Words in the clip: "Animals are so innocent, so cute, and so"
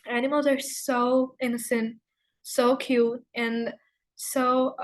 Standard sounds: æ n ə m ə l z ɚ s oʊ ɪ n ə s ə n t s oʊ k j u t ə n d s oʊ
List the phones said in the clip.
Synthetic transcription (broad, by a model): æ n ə m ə l z ɚ s oʊ ɪ n ə s ə n t s oʊ k j u t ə n s oʊ